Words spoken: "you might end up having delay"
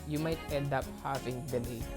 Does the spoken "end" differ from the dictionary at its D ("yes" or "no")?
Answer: no